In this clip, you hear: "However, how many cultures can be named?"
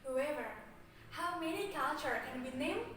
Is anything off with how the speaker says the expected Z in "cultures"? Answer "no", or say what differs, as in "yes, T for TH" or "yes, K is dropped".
yes, Z is dropped